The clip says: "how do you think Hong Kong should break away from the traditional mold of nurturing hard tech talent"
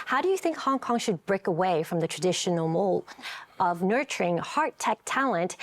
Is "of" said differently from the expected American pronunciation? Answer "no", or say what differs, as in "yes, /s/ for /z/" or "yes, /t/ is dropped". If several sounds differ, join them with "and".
no